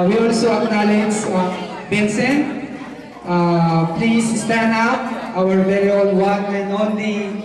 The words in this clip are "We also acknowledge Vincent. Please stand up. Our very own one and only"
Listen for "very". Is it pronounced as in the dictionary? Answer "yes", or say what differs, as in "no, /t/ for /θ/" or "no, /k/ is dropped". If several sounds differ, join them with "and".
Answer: no, /l/ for /ɹ/